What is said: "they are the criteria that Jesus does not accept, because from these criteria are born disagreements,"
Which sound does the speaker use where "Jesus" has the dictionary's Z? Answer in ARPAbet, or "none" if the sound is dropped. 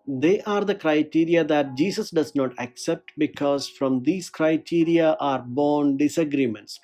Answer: S